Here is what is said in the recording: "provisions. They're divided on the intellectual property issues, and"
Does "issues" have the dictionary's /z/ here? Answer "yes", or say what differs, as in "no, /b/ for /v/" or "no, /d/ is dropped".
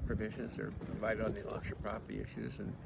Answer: yes